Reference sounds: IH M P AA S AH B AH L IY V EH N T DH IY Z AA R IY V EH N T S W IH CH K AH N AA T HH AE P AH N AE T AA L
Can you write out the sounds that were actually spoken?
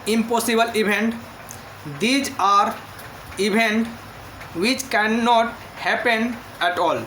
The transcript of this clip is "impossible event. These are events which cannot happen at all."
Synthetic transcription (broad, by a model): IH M P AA S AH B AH L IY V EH N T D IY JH AA R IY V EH N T W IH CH K AH N AA T HH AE P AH N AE T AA L